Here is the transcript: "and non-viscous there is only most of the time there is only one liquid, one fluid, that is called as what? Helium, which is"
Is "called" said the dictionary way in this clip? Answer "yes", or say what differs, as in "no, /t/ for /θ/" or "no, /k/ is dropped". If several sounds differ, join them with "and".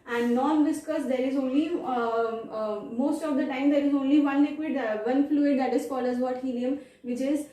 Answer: no, /d/ is dropped